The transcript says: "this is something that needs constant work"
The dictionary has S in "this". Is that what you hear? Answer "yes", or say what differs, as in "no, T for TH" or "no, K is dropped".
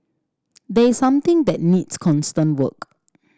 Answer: no, S is dropped